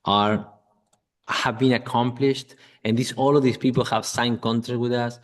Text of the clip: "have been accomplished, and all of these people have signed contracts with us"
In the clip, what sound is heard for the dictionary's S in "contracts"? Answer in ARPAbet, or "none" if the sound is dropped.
none